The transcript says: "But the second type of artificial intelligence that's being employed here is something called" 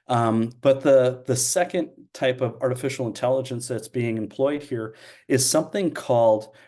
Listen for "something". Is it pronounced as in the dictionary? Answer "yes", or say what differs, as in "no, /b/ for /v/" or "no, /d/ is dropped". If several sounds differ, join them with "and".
yes